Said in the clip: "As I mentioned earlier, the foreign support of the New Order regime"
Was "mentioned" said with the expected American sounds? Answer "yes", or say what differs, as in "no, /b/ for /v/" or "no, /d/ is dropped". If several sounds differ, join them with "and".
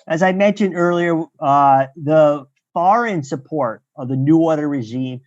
yes